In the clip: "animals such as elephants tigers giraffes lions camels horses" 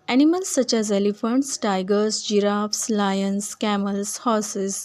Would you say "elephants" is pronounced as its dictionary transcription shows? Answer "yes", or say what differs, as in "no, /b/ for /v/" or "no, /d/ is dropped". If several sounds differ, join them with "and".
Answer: yes